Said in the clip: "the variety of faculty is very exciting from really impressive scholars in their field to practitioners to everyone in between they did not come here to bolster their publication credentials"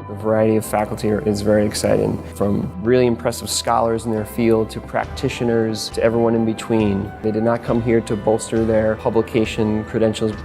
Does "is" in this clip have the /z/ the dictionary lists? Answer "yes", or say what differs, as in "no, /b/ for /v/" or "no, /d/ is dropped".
yes